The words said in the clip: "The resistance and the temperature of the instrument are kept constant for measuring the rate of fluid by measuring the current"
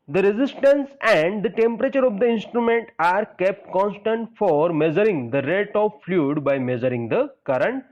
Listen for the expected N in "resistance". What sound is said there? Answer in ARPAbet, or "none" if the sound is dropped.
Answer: N